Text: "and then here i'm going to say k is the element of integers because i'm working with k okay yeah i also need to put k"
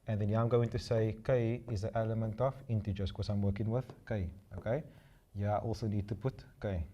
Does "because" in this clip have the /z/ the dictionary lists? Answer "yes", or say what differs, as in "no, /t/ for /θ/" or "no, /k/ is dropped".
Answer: no, /z/ is dropped